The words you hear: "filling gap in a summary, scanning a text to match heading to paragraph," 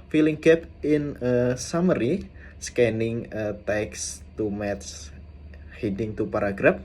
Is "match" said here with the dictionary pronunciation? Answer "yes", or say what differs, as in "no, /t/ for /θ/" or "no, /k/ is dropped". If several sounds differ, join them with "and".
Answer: no, /s/ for /tʃ/